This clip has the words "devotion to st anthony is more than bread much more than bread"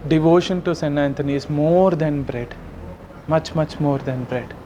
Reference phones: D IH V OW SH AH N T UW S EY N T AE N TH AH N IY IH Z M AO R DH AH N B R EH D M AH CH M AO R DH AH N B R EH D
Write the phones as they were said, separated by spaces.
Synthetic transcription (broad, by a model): D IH V OW SH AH N T UW S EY N AE N T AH N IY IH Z M AO R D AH N B R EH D M AH CH M AO R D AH N B R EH D